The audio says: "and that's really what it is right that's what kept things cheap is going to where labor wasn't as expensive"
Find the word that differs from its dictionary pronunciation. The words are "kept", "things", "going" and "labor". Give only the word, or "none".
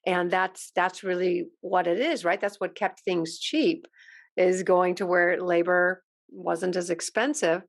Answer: none